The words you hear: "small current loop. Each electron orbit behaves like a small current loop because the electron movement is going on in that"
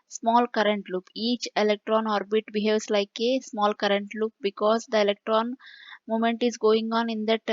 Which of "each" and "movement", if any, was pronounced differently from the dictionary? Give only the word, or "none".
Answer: movement